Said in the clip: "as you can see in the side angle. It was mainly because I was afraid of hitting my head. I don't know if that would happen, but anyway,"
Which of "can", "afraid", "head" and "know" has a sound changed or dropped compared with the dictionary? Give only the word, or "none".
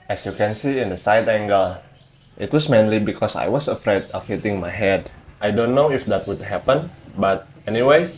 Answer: none